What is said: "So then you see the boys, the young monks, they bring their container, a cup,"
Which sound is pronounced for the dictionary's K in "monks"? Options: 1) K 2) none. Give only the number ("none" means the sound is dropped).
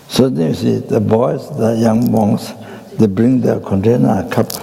2